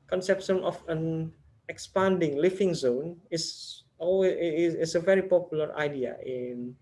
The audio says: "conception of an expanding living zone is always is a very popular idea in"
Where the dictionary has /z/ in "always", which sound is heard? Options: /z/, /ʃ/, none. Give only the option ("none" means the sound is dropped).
none